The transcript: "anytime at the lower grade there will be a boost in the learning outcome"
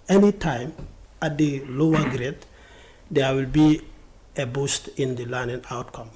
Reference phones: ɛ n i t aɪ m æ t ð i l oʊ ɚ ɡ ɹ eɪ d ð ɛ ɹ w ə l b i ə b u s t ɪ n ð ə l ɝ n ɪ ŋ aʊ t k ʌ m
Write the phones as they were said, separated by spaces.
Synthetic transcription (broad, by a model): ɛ n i t aɪ m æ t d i l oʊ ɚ ɡ ɹ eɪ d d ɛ w ə l b i ə b u s t ɪ n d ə l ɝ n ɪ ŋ aʊ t k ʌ m